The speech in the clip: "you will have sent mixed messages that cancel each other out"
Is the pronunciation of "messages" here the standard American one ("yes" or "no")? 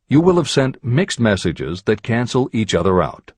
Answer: yes